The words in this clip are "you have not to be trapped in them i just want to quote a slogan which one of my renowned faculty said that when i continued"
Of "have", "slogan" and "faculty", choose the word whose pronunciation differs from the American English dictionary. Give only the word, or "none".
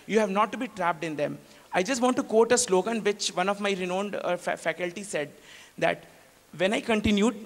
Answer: none